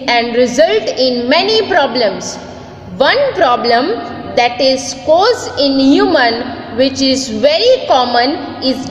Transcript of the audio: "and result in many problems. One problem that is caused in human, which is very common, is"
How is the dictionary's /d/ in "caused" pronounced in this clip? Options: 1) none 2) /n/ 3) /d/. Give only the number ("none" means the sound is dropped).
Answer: 1